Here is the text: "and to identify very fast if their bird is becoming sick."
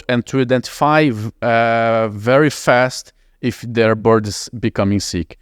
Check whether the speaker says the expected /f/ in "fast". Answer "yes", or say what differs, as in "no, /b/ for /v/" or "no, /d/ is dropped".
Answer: yes